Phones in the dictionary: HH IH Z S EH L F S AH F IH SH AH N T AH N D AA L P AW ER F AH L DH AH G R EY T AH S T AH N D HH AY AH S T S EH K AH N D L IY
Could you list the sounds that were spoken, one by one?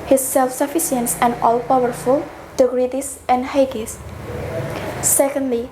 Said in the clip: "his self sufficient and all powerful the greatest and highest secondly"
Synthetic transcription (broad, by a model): HH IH S EH L F S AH F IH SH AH N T AH N D AA L P AW ER F AH L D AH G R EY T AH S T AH N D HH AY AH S S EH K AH N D L IY